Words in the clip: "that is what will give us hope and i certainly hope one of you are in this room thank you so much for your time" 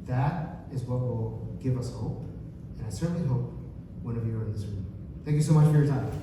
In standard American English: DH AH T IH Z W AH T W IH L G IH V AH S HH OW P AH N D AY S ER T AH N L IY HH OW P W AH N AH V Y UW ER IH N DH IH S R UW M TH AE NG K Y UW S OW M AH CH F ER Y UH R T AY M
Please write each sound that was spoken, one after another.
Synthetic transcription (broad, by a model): DH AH T IH Z W AH T W IH L G IH V AH S HH OW P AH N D AY S ER T N L IY HH OW P W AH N AH V Y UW ER IH N DH IH S R UW M TH AE NG K Y UW S OW M AH CH F ER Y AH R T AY